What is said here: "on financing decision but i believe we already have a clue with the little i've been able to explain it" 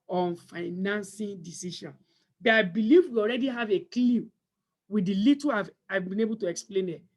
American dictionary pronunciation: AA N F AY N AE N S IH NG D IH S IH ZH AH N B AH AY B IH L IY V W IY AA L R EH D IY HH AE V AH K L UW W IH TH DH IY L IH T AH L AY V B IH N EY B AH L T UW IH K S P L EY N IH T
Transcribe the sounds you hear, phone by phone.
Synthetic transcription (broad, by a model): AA N F AY N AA N S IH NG D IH S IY SH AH N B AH AY B IH L IY V W IY AA L R EH D IY HH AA V AH K L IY W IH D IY L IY T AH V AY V B IH N EY B AH L T UW IH K S P L EY N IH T